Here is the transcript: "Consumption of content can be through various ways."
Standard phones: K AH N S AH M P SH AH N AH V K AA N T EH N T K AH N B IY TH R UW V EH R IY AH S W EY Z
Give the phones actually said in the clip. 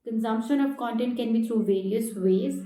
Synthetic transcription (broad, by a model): K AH N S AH M P SH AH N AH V K AA N T EH N T K AH N B IY T R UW V EH R IY AH S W EY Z